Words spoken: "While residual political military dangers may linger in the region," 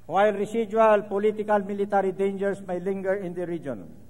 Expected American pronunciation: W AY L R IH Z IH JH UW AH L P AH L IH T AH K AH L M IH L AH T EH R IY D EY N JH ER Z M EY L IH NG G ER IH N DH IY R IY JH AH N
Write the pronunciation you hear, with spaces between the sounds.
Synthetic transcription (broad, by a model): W AY L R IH S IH JH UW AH L P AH L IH T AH K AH L M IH L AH T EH R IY D EY N JH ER S M EY L IH NG G ER IH N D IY R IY JH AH N